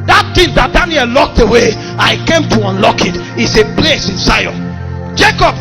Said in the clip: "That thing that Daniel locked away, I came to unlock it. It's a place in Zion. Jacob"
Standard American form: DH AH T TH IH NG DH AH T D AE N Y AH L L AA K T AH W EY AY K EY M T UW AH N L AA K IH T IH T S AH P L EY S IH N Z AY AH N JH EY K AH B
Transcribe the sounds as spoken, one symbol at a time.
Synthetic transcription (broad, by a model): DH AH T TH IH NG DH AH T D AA N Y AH L L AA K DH AH W EY AY K EY M T UW AH N L AA K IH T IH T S AH P L EY S IH N S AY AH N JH EY K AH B